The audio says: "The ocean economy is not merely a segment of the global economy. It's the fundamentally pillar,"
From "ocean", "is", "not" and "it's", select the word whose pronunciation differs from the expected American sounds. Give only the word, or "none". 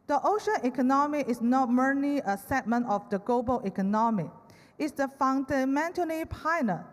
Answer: is